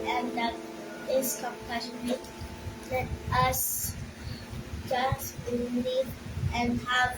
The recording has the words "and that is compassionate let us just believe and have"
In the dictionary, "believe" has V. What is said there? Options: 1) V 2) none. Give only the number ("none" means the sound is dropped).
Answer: 2